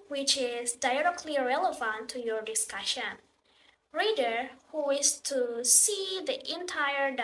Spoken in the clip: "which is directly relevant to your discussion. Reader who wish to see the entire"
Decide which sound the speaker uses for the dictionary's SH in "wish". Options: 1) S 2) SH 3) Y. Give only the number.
1